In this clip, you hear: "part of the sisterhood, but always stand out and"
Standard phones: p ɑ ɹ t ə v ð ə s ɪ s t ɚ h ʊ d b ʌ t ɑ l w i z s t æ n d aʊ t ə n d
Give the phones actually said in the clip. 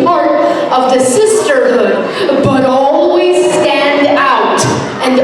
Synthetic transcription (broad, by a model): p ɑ ɹ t ə v ð ə s ɪ s t ɚ h ʊ d b ʌ t ɑ l w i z s t æ n d aʊ t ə n